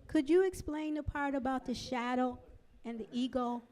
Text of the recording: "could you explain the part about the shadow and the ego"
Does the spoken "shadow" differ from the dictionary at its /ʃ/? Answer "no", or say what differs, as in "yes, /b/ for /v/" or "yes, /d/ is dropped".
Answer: no